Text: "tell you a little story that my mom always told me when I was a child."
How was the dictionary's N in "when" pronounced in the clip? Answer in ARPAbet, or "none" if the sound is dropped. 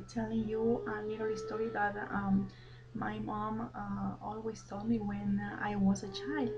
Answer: N